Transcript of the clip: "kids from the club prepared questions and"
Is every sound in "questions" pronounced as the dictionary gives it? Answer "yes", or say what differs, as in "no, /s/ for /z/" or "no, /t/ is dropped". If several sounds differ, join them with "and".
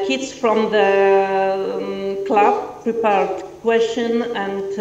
no, /z/ is dropped